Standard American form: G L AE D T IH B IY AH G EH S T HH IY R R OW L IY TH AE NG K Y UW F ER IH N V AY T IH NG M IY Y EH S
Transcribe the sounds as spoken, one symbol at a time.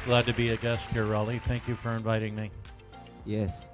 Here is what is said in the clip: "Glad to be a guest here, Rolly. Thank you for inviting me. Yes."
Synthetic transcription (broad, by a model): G L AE D T IH B IY AH G EH S T HH IY R R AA L IY TH AE NG K Y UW F ER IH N V AY T IH NG M IY Y EH S